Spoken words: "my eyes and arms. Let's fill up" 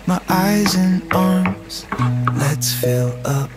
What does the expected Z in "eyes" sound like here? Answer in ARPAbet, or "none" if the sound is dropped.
Z